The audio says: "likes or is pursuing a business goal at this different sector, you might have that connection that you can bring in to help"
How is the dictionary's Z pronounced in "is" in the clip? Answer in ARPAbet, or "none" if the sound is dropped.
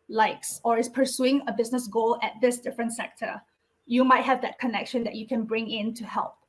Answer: S